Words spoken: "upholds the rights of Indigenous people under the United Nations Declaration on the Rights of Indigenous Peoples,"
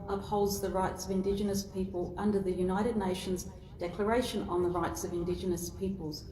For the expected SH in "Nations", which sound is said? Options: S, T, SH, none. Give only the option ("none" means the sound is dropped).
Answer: SH